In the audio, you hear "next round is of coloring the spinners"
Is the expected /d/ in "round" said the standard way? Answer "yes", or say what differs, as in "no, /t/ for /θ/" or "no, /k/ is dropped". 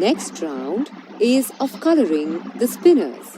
yes